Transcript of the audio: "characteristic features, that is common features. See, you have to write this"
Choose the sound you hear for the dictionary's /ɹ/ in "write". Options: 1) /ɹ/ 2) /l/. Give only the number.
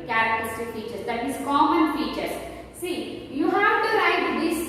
2